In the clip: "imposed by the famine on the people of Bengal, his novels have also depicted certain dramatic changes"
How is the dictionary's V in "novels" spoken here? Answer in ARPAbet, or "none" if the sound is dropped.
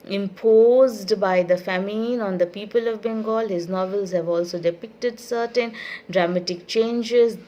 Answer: V